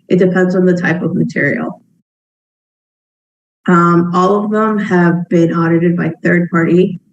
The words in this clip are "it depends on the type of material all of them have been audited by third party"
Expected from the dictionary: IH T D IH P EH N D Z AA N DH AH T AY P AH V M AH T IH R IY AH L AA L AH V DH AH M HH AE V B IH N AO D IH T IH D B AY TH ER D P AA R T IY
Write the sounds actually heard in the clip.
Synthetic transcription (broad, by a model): IH T D IH P EH N D Z N DH AH T AY P AH V M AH T IH R IY AH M AA L AH V DH AH M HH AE V B IH N AO D IH T IH D B AY TH ER D P AA R T IY